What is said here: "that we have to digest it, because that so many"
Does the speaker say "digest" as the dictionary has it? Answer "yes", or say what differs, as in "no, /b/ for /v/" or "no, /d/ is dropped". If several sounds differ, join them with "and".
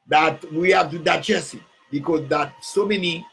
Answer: no, /t/ is dropped